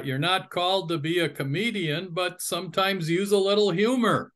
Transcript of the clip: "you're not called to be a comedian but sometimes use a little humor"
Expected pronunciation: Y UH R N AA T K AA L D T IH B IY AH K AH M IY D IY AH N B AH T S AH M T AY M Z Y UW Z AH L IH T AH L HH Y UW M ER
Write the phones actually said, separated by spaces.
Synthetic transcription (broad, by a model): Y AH R N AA T K AA L D T IH B IY AH K AH M IY D IY AH N B AH T S AH M T AY M Z Y UW Z AH L IH T L HH Y UW M ER